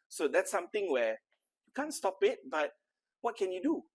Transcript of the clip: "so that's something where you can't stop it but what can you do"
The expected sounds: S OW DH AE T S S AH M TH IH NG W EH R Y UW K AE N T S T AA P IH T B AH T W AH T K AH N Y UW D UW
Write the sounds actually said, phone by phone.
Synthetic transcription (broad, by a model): S OW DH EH T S S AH M T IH NG W EH Y UW K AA N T S T AA P IH T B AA T W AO T K AH N Y UW D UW